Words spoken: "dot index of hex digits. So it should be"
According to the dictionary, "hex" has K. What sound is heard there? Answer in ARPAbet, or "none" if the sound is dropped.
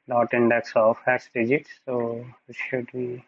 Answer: none